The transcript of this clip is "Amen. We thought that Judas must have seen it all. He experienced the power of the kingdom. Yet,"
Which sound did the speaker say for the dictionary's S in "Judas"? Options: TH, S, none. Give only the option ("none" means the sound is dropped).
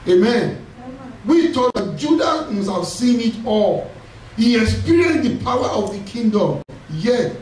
none